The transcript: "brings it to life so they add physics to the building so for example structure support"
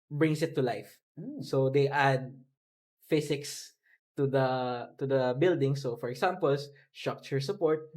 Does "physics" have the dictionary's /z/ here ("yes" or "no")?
no